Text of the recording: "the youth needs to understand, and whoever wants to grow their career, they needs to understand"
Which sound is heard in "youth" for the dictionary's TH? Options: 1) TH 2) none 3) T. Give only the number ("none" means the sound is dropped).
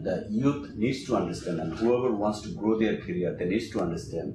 3